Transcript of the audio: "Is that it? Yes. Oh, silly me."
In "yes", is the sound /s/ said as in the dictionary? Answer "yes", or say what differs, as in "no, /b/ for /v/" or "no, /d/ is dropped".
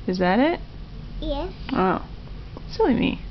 no, /s/ is dropped